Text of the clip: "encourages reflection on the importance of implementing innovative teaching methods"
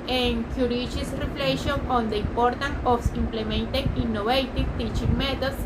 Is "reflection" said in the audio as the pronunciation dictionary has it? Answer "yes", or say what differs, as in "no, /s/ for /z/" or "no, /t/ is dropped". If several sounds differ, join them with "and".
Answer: no, /k/ is dropped